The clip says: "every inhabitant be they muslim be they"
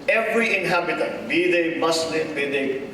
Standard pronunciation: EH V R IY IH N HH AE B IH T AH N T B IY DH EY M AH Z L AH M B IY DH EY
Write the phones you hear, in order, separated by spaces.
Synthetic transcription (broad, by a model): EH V R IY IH N HH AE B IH T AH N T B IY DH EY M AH S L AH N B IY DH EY